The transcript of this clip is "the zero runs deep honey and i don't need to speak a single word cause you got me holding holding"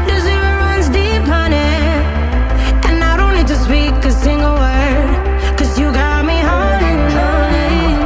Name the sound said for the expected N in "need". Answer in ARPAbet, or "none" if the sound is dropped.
L